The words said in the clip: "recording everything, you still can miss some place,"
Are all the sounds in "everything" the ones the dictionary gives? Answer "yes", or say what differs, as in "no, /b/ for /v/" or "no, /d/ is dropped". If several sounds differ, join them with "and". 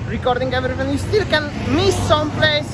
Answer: no, /f/ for /θ/